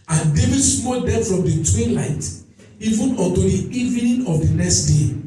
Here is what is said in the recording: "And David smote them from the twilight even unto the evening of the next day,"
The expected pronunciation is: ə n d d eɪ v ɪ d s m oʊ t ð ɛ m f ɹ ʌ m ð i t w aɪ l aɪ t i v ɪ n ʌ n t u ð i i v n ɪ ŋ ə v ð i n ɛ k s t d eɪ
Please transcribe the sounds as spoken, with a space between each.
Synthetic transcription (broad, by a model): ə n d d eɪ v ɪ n s m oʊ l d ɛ f ɹ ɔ m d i t w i l aɪ t i v ɪ n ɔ t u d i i v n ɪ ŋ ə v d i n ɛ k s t d eɪ